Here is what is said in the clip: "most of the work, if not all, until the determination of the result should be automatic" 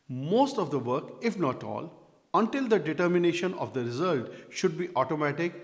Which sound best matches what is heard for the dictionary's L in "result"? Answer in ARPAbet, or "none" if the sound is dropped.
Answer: L